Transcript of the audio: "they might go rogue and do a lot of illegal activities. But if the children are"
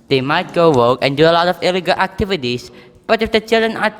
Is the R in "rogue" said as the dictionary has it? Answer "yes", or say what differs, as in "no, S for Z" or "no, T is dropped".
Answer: no, W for R